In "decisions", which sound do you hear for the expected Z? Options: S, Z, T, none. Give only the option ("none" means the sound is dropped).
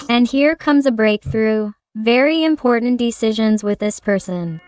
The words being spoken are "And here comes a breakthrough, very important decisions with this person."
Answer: Z